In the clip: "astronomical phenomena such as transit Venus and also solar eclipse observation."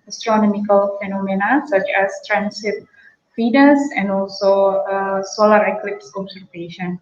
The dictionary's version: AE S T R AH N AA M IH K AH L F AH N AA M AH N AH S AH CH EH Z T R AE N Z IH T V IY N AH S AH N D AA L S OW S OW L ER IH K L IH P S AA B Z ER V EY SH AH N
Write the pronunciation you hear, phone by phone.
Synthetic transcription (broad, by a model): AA S T R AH N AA M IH K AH L F AH N AA M AH N AH S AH CH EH S T R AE N S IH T F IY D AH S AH N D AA L S OW S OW L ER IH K L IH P S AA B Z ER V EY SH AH N